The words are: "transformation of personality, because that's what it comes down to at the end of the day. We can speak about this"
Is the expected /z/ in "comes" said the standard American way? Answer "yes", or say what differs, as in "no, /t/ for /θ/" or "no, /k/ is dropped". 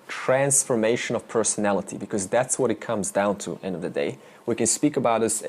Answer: yes